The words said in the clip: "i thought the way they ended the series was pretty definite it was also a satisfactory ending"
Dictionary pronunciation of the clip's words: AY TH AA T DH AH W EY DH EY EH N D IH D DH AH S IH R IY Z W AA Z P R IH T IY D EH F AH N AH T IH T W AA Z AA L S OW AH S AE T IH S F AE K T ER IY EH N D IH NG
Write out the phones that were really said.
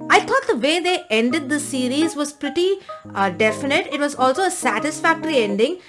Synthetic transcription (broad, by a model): AY T AA T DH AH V EY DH EY EH N D IH D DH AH S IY R IY Z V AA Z P R IH T IY D EH F AH N AH T IH T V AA Z AA L S OW AH S AE T IH S F AE K T ER IY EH N D IH NG